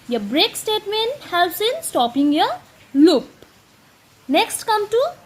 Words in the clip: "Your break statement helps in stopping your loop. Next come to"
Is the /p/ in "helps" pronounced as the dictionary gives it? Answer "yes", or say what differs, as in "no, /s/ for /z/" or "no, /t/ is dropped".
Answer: no, /p/ is dropped